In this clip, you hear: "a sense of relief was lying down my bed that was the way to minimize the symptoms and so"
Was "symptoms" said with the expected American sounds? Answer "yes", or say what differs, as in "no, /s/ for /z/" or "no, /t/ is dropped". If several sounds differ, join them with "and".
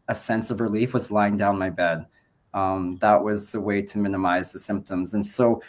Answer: yes